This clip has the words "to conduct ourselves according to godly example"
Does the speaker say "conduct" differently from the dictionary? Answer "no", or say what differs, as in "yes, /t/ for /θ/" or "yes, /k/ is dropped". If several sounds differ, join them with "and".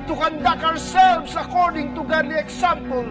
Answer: yes, /t/ is dropped